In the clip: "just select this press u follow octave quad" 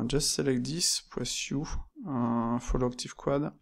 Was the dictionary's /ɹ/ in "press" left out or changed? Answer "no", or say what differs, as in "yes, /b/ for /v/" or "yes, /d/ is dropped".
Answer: yes, /w/ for /ɹ/